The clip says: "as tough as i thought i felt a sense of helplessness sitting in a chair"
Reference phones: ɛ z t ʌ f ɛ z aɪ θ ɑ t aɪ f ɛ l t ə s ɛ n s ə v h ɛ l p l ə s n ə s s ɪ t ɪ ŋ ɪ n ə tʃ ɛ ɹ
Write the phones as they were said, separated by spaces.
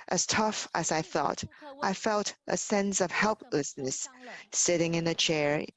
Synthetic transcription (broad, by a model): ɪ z t ʌ f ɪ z aɪ θ ɑ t aɪ f ɛ l t ə s ɛ n s ə v h ɛ l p l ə s n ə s s ɪ t ɪ ŋ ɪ n ə tʃ ɛ ɹ